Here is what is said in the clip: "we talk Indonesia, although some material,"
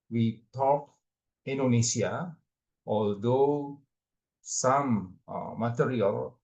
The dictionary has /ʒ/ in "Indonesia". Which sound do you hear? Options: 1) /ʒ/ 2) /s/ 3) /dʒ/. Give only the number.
2